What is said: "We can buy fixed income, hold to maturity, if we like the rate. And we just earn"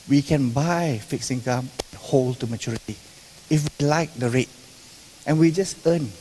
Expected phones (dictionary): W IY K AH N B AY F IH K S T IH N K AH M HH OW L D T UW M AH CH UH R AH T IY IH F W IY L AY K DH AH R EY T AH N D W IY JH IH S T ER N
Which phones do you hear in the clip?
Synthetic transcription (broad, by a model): W IY K AH N B AY F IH K S IH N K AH M HH OW L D T UW M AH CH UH R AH T IY IH F W IY L AY K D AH R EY T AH N W IY JH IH S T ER N